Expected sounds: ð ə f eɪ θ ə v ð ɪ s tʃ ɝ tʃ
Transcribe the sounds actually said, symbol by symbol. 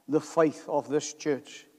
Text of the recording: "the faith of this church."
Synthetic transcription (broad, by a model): ð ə f eɪ θ ə v ð ɪ s tʃ ɝ tʃ